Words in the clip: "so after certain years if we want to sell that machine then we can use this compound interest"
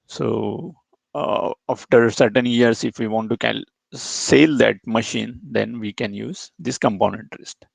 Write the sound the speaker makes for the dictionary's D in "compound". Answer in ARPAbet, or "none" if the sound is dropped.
none